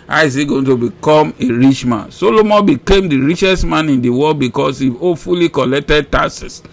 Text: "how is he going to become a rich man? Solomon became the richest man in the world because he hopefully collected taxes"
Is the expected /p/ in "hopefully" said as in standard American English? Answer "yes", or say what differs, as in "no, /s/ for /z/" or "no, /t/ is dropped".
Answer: no, /p/ is dropped